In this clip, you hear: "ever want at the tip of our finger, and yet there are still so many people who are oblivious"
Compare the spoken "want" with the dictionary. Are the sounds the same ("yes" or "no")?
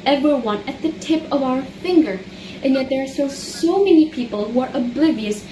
no